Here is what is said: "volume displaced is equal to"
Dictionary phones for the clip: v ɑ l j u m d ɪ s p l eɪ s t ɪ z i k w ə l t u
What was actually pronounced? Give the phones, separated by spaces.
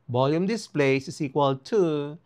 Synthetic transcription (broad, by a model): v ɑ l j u m d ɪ s p l eɪ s ɪ s i k w ə l t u